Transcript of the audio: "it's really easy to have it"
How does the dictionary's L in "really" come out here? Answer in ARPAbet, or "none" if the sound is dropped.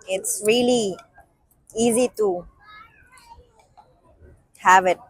L